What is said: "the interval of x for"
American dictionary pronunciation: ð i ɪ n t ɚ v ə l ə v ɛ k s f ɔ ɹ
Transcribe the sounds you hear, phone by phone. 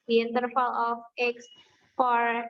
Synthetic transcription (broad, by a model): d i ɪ n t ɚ f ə l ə f ɛ k s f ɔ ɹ